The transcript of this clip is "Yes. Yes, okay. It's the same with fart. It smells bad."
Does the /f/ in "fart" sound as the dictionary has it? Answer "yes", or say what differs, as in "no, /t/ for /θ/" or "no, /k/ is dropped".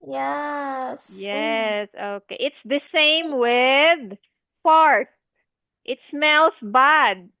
no, /p/ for /f/